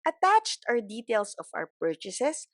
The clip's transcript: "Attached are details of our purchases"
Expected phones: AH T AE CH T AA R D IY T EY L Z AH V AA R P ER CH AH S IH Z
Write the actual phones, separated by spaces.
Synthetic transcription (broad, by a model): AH T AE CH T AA W D IY T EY L S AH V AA W P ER CH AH S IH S